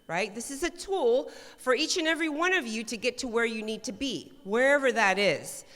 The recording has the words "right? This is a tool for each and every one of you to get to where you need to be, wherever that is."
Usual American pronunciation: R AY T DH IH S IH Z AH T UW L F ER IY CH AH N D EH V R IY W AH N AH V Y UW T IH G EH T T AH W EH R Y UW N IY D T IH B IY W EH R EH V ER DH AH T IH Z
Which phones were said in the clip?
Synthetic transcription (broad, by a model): R AY T DH IH S IH Z AH T UW L F ER IY CH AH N EH V R IY W AH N AH V Y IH T IH G EH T T AH W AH R Y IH N IY D T IH B IY W EH R EH V ER DH AH T IH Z